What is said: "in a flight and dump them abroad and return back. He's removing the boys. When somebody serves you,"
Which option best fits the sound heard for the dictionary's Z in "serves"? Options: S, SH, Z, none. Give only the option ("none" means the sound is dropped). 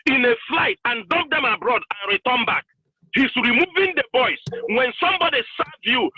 none